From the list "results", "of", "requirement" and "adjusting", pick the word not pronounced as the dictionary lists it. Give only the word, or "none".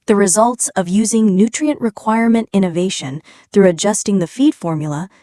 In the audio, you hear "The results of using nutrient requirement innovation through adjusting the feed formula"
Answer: none